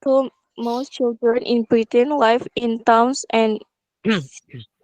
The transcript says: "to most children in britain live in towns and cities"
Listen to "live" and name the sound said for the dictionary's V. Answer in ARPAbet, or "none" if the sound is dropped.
F